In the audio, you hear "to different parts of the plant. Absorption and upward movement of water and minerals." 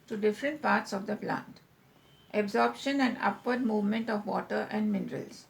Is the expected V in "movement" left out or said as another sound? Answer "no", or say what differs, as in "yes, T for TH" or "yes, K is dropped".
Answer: no